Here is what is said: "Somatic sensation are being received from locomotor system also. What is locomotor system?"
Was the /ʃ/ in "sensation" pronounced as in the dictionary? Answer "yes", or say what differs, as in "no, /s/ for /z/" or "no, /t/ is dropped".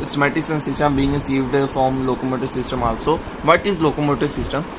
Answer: no, /s/ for /ʃ/